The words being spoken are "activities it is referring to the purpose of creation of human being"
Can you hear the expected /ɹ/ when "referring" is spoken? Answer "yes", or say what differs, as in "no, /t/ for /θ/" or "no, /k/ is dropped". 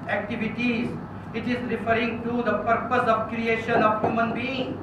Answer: yes